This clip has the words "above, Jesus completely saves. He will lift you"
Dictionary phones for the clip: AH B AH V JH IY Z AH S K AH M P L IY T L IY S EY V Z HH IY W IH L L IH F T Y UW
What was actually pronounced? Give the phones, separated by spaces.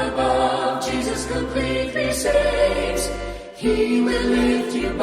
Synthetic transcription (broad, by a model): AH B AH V JH IY Z AH S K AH P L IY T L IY S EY Z HH IY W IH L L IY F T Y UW